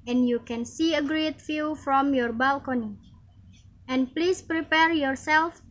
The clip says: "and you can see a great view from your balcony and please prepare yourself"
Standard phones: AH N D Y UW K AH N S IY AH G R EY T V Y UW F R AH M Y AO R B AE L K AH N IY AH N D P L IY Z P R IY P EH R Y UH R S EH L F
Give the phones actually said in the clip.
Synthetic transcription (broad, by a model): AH N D Y UW K AH N S IY AH G R EY T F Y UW F R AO M Y AO R B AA L K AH N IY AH N P L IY S P R IY P EH R Y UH R S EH L F